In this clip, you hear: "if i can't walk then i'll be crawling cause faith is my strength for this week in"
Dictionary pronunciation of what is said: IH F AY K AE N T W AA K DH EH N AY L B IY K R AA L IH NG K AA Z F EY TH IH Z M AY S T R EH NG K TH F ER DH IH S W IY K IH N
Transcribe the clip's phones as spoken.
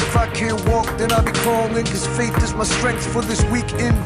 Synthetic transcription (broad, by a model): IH F AY K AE N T W AA K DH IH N AY B IY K AA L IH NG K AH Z F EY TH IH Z M AY S T R EH NG K TH F ER DH IH S W IY K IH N